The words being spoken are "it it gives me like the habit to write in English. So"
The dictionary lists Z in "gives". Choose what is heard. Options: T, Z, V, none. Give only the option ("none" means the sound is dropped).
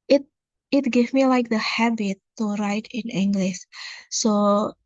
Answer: none